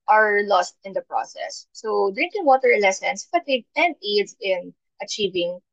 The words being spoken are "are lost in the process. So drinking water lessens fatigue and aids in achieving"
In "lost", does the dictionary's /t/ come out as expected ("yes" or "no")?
yes